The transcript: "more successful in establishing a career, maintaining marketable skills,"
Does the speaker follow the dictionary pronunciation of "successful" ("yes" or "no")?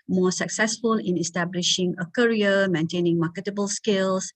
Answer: yes